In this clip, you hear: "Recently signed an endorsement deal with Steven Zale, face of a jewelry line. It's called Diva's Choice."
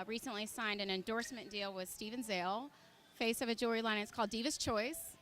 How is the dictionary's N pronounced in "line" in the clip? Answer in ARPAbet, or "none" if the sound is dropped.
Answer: none